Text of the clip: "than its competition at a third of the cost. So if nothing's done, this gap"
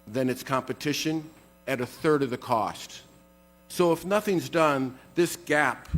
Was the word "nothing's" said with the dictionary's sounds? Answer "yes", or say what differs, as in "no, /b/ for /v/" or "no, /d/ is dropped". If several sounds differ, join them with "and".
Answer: yes